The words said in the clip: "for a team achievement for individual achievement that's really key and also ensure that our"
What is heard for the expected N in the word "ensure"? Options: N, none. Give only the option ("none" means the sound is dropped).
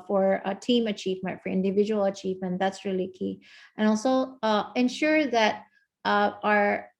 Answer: N